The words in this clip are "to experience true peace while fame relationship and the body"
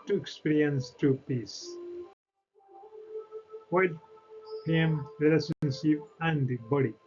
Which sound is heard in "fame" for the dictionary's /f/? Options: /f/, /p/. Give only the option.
/p/